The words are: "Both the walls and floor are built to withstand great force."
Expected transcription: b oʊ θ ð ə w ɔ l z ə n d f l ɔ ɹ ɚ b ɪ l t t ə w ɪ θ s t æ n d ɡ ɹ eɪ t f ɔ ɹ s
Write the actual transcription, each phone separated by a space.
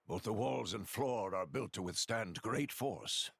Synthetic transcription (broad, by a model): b oʊ θ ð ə w ɔ l z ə n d f l ɔ ɹ ɚ b ɪ l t t ə w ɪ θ s t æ n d ɡ ɹ eɪ t f ɔ ɹ s